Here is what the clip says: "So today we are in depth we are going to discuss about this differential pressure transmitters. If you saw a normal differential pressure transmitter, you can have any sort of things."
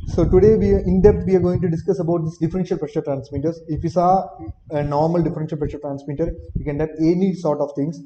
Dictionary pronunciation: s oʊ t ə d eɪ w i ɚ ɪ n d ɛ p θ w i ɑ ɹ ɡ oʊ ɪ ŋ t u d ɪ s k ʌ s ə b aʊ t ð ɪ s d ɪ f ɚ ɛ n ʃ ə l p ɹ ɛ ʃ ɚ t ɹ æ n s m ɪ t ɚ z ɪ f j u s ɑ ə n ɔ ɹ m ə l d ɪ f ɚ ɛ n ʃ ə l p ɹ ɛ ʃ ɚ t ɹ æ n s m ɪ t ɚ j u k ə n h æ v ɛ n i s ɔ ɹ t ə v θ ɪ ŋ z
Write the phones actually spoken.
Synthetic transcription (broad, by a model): s oʊ t ə d eɪ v i ɪ n d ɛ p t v i ɑ ɹ ɡ oʊ ɪ ŋ t u d ɪ s k ʌ s ə b aʊ t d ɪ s d ɪ f ɚ ɛ n ʃ ə l p ɹ ɛ ʃ ɚ t ɹ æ n s m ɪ t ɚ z ɪ f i s ɑ ə n ɔ ɹ m ə l d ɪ f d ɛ n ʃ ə l p ɹ ɛ ʃ ɚ t ɹ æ n s m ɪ t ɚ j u k ə n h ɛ p ɛ n i s ɔ ɹ t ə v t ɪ ŋ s